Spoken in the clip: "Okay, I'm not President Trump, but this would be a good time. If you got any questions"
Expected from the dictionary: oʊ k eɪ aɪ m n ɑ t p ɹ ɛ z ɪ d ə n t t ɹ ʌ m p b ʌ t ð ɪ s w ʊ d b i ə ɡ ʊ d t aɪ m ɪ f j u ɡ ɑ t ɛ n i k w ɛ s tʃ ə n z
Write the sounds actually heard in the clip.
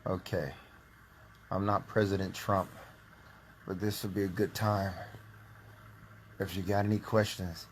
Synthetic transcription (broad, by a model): oʊ k eɪ aɪ m n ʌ t p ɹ ɛ z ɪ d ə n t t ɹ ʌ m p b ʌ t ð ɪ s w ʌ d b i ə ɡ ʊ d t aɪ m ɪ f j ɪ ɡ ɑ t ɛ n i k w ɛ s tʃ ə n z